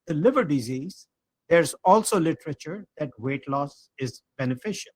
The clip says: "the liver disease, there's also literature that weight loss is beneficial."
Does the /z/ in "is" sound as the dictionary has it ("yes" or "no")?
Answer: yes